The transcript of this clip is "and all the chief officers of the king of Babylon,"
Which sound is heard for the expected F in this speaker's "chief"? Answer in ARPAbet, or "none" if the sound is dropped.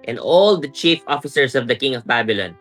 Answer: F